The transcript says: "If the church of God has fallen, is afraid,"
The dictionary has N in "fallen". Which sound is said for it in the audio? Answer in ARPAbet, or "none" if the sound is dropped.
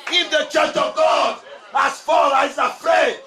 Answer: none